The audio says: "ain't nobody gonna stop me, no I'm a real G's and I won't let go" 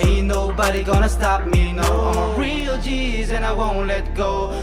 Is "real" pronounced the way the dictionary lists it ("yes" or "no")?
yes